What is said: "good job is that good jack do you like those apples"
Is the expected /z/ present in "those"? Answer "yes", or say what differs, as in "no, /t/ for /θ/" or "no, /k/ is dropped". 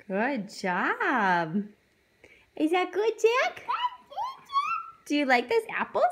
no, /s/ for /z/